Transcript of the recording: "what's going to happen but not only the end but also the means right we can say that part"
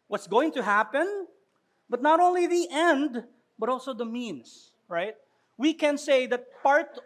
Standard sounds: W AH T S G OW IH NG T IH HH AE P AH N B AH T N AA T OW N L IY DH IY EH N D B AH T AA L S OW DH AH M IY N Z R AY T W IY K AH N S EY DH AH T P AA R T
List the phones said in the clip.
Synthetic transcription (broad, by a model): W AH T S G OW IH NG T IH HH AE P AH N B AH T N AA T OW N L IY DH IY EH N D B AH T AA L S OW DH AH M IY N S R AY T W IY K AH N S EY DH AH T P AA R T